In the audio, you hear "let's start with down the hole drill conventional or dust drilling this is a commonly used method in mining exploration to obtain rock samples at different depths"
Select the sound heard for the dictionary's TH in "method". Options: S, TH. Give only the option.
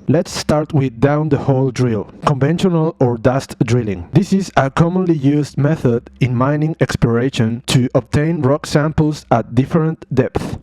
TH